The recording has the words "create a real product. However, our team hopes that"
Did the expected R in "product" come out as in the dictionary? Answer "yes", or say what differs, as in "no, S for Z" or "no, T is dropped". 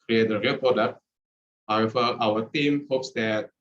no, R is dropped